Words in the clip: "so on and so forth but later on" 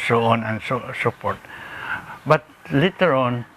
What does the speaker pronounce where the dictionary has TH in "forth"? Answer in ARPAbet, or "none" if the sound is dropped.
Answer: T